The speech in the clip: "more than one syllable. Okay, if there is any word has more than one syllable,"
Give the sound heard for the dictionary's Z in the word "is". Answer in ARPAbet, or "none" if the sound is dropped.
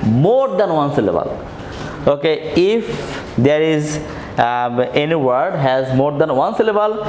Z